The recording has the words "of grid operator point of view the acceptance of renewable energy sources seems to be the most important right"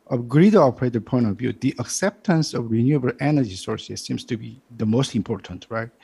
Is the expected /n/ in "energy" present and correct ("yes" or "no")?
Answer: yes